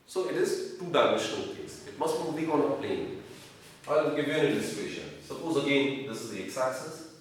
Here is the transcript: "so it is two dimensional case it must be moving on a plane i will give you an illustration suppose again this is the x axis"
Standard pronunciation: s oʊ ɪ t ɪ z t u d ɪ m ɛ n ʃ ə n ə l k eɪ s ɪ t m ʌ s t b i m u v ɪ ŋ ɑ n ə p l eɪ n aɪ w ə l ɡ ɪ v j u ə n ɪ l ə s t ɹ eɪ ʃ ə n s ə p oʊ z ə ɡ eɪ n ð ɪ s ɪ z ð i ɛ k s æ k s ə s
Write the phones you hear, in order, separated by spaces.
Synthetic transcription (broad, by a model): s oʊ ɪ t ɪ z t u d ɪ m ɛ ʃ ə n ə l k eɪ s ɪ t m ʌ s t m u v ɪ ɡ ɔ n ə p l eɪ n aɪ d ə ɡ ɪ v j u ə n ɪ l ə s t eɪ ʃ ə n s ə p oʊ z ə ɡ eɪ n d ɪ s ɪ z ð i ɛ k s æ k s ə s